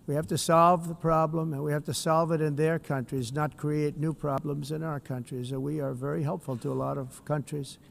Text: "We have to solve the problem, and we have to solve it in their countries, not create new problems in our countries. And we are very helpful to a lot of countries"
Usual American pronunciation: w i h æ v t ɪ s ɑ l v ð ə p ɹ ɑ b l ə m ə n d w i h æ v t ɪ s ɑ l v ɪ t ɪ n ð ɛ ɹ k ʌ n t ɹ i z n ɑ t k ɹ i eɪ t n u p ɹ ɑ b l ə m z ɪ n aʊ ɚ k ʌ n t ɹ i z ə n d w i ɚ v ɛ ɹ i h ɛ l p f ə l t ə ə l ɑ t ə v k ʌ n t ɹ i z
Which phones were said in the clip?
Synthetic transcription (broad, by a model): w i h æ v t ɪ s ɑ l v ð ə p ɹ ɑ b l ə m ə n w i h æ f t ɪ s ɑ l v ɪ t ɪ n ð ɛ ɹ k ʌ n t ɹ i z n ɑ t k ɹ i eɪ t n u p ɹ ɑ b l ə m z ɪ n aʊ ɚ k ʌ n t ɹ i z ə w i ɚ v ɛ ɹ i h ɛ l p f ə l t ə ə l ɑ t ə v k ʌ n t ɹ i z